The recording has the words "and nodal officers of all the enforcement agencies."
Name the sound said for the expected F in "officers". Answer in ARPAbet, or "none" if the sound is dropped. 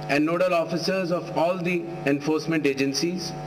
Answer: F